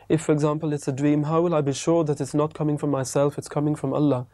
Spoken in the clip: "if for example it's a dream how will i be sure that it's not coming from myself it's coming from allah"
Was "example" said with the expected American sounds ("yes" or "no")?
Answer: yes